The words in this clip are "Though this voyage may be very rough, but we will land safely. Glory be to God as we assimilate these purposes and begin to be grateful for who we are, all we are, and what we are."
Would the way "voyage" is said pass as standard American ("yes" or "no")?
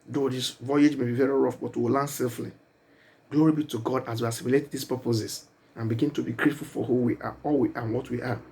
yes